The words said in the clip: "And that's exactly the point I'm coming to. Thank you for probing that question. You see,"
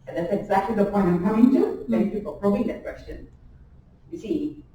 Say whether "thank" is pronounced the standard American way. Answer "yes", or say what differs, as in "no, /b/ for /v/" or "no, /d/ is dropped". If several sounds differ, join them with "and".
no, /ŋ/ is dropped